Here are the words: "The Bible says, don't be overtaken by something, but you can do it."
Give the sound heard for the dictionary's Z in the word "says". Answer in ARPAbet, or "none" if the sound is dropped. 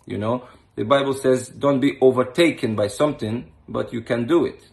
Z